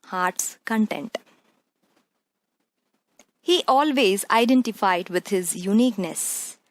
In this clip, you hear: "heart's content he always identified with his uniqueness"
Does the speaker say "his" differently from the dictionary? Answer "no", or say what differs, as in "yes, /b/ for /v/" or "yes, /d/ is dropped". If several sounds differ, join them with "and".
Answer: no